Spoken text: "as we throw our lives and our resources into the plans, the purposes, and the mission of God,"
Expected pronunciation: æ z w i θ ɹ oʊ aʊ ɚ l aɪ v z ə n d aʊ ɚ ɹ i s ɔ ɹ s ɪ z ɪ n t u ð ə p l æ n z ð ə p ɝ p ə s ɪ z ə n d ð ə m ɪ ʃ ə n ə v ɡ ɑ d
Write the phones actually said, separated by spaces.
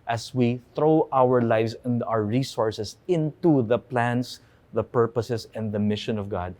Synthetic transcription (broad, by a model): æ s w i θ ɹ oʊ aʊ ɚ l aɪ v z ə n d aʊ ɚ ɹ i s ɔ ɹ s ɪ s ɪ n t u ð ə p l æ n s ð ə p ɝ p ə s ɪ s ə n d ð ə m ɪ ʃ ə n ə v ɡ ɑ d